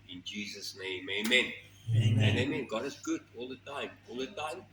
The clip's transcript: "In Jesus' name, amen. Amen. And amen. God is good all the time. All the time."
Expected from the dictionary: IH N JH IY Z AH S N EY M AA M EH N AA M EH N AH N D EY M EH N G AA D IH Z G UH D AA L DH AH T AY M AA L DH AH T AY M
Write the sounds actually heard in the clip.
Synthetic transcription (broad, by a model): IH N JH IY Z AH S N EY AA M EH AA M EH N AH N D EY M EH N G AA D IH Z G UH D AA L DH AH T AY M AA L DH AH T AY M